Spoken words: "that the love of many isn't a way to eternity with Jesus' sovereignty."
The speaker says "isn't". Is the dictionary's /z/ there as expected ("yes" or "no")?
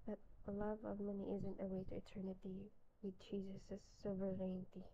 yes